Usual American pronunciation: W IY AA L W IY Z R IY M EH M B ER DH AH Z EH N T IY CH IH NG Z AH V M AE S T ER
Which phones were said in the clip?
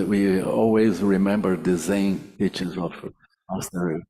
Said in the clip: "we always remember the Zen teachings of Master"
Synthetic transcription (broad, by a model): W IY AA L W IY Z R IY M EH M B ER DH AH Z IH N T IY CH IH Z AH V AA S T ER